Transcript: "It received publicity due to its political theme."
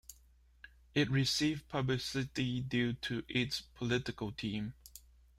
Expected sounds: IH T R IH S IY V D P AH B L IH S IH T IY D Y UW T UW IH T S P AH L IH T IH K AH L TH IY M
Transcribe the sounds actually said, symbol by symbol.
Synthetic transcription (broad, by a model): IH T R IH S IY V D P AH B L IH S IH T IY D Y UW T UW IH T S P AH L IH T IH K AH L T IY M